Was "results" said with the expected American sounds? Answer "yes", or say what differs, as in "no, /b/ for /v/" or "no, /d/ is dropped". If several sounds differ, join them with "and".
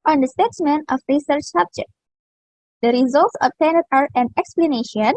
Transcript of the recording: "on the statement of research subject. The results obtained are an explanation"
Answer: yes